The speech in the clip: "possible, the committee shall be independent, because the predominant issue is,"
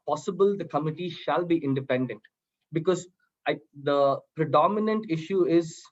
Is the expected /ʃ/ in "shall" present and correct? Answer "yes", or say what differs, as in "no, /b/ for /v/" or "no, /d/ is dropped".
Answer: yes